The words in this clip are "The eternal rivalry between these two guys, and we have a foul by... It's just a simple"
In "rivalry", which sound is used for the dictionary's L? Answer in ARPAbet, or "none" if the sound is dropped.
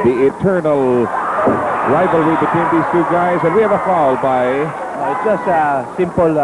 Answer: L